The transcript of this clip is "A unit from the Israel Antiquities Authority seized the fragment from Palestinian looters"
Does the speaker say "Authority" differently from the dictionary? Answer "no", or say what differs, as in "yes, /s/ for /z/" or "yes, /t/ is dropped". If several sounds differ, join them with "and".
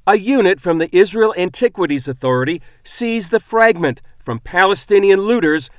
no